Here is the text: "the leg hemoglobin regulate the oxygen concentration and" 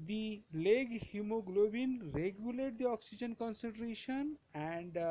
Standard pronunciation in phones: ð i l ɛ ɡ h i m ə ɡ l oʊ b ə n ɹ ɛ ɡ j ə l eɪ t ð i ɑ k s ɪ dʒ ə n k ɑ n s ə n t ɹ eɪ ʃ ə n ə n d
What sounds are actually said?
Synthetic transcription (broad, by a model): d i l ɛ ɡ h i m ə ɡ l oʊ b ə n ɹ ɛ ɡ j ə l eɪ t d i ɑ k s ɪ dʒ ə n k ɑ n s ə n t ɹ eɪ ʃ ə n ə n d